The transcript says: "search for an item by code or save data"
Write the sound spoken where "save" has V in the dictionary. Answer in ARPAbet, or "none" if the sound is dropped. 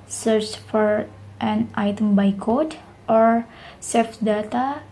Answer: F